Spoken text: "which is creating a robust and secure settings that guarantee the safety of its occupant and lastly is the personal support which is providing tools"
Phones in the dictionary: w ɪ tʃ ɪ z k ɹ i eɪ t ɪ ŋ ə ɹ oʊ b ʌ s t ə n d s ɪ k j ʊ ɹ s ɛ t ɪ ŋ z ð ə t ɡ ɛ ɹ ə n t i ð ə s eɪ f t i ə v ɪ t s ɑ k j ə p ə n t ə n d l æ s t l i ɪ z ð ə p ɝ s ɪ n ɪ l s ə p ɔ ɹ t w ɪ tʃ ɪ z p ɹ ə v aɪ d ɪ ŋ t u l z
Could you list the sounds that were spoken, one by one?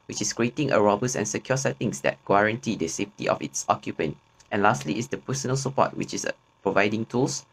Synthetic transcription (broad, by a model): w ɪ tʃ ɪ s k ɹ i eɪ t ɪ ŋ ə ɹ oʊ b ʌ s ə n s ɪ k j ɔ s ɛ t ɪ ŋ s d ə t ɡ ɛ ɹ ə n t i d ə s eɪ f t i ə f ɪ t s ɑ k j ə p ə n t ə n l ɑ s t l i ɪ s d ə p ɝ s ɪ n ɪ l s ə p ɔ t w ɪ tʃ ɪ s p ɹ ə v aɪ d ɪ ŋ t u l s